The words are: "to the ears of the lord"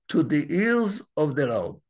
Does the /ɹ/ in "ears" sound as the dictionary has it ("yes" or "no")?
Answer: no